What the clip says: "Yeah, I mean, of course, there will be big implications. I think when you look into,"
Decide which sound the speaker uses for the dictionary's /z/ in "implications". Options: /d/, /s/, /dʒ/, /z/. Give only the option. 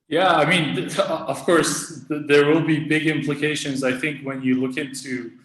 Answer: /z/